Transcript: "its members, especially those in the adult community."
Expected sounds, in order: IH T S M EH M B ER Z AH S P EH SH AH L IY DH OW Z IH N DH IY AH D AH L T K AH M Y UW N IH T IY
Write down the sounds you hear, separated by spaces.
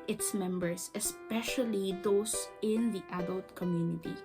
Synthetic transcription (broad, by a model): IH T S M EH M B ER S AH S P EH SH AH L IY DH OW S IH N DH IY AH D AH L T K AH M Y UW N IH T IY